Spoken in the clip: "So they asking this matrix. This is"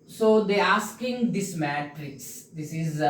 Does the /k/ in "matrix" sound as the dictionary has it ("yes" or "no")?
no